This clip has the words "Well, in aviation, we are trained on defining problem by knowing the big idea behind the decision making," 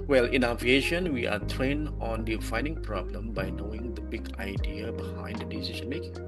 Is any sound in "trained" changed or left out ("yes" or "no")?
yes